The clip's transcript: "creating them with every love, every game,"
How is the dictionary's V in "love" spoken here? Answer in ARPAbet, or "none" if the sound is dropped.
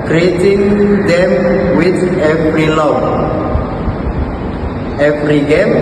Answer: none